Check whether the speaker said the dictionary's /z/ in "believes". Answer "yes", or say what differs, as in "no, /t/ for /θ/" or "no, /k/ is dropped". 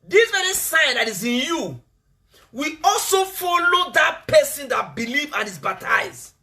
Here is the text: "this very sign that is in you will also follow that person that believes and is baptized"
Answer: no, /z/ is dropped